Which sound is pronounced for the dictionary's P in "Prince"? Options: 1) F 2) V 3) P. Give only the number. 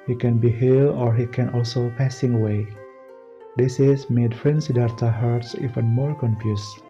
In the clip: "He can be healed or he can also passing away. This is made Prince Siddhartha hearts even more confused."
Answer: 1